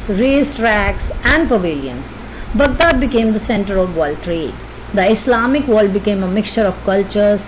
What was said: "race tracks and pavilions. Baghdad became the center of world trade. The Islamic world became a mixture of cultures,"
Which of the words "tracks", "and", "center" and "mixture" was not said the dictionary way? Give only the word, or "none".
none